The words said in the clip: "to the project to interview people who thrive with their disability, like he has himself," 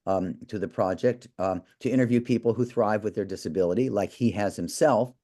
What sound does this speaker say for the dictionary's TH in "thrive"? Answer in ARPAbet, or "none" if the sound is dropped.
TH